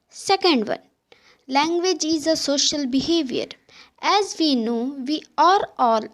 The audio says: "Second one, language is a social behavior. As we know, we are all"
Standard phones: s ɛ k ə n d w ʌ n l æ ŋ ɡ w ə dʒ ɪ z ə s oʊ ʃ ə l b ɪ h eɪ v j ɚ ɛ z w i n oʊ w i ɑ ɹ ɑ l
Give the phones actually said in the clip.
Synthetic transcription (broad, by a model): s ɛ k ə n d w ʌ n l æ ŋ ɡ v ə dʒ ɪ z ə s oʊ ʃ ə l b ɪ h eɪ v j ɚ ɛ z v i n oʊ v i ɑ ɹ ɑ l